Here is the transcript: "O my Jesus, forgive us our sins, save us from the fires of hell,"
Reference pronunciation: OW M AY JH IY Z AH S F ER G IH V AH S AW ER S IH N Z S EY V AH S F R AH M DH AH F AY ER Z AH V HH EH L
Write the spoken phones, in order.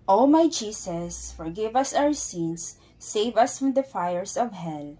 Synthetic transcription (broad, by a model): OW M AY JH IY S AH S F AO G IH V AH S AW ER S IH N S EY V AH S F R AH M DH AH F AY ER S AH V HH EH L